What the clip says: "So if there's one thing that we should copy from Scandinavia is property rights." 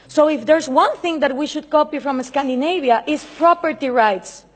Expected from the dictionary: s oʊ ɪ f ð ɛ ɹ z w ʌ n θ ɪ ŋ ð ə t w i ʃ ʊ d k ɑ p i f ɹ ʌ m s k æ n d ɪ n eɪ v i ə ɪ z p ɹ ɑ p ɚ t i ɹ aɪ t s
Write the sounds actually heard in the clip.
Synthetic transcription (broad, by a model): s oʊ ɪ f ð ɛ ɹ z w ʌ n θ ɪ ŋ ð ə t w i ʃ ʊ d k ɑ p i f ɹ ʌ m s k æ n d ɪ n eɪ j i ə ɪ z p ɹ ɑ p ɚ t i ɹ aɪ t s